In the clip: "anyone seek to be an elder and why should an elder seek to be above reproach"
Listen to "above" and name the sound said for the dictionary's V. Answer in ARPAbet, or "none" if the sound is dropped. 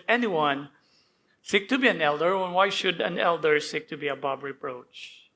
B